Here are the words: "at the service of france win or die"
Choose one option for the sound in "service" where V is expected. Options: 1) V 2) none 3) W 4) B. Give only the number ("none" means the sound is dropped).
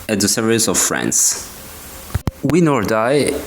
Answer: 2